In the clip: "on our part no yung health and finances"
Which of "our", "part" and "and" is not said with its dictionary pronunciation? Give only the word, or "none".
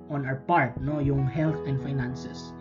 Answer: our